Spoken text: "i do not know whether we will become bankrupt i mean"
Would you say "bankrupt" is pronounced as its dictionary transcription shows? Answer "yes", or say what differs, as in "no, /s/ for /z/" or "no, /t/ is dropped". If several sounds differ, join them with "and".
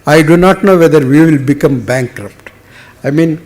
yes